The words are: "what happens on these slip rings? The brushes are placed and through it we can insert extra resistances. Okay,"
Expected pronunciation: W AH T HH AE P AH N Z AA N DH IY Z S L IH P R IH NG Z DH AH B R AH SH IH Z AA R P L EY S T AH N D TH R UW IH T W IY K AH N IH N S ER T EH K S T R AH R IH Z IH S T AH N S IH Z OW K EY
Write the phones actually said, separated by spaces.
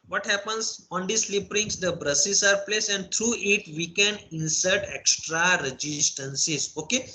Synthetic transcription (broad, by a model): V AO T HH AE P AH N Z AA N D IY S L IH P R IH NG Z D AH B R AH S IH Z AA R P L EY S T AH N D T R UW IH T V IY K AH N IH N S ER T EH K S T R AH R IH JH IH S T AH N S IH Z OW K EY